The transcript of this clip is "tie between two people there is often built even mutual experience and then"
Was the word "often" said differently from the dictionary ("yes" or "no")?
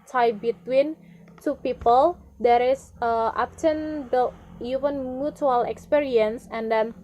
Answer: yes